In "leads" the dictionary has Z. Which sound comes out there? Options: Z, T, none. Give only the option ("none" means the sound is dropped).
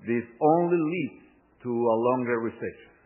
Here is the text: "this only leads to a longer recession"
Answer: none